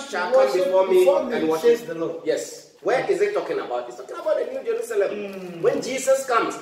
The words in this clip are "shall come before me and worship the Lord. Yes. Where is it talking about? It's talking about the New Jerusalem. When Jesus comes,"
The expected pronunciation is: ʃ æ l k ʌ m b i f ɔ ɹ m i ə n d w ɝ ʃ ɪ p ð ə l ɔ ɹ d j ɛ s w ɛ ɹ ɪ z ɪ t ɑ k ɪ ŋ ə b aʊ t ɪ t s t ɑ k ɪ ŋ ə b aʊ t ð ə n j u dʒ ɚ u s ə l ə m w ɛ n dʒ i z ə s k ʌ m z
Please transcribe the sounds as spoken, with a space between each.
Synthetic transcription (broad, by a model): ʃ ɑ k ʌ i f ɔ m i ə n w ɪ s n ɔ j ɛ s w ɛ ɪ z ɪ t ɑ k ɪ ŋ ə b aʊ t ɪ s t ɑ k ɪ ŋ ə b aʊ t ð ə n j u dʒ ɚ u s ə l ə m w ɛ n dʒ i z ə s k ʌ m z